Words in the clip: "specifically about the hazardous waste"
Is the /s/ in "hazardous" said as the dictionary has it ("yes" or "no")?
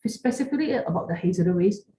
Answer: no